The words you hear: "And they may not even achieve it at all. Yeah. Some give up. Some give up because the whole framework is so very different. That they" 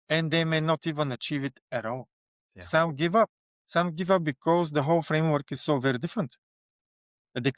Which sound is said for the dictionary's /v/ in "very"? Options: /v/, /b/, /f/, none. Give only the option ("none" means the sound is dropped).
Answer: /v/